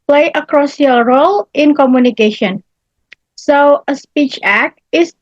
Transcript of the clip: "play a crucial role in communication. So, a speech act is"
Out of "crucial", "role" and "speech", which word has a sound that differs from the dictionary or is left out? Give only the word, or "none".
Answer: crucial